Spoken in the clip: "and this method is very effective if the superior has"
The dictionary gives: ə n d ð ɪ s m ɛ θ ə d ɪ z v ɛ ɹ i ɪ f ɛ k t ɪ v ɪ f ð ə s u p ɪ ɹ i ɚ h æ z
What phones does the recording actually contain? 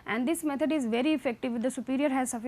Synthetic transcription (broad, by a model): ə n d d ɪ s m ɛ t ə d ɪ z v ɛ ɹ i ɪ f ɛ k t ɪ v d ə s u p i ɹ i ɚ h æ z